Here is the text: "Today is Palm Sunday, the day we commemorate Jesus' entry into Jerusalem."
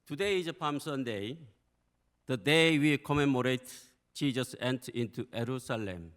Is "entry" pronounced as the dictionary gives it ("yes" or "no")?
no